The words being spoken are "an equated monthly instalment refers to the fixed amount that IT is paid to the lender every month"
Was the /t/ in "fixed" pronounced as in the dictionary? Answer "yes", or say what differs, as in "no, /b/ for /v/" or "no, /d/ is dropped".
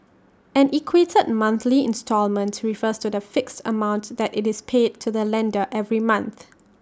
yes